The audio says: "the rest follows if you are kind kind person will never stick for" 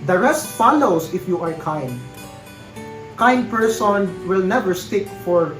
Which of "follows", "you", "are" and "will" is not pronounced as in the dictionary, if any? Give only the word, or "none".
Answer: follows